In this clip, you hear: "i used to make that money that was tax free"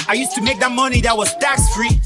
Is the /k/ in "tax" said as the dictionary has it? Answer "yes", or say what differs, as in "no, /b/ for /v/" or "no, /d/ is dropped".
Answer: yes